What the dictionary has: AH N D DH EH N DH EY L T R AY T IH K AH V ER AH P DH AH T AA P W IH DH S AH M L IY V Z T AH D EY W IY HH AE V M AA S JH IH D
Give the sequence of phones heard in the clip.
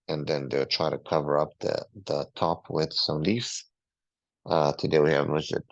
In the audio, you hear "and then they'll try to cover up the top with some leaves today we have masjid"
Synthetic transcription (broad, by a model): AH N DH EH N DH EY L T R AY T IH K AH V ER AH P DH AH T AA P W IH DH S AH M L IY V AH T AH D EY W IY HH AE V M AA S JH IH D